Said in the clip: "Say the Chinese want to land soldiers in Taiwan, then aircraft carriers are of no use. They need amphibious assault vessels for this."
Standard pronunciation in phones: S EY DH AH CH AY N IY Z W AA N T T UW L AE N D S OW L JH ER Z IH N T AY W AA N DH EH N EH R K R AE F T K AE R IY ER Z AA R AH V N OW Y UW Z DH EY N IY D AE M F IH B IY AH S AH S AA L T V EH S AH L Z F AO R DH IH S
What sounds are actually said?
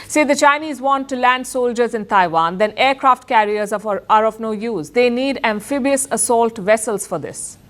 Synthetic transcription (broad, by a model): S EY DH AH CH AY N IY Z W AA N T T UW L AE N D S OW L JH ER Z IH N T AY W AA N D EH N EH R K R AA F T K AE R IY ER Z AA R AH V N OW Y UW Z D EY N IY D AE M F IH B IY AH S AH S AA L T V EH S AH L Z F AO R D IH S